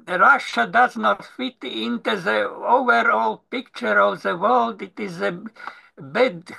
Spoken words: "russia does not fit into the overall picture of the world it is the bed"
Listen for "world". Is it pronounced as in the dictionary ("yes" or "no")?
yes